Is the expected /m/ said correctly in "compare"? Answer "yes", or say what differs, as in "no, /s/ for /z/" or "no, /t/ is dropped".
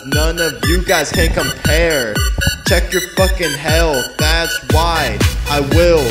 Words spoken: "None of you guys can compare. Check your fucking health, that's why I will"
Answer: yes